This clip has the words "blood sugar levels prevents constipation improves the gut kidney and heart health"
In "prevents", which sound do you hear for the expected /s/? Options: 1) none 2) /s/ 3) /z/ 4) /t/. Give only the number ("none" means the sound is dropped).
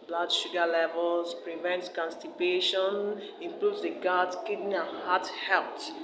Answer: 1